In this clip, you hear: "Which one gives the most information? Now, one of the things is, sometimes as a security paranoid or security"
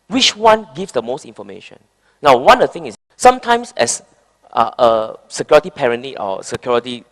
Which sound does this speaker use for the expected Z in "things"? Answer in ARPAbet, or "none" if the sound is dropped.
none